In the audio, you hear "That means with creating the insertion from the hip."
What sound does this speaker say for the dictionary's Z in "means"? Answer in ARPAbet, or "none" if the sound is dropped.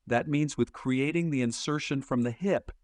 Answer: Z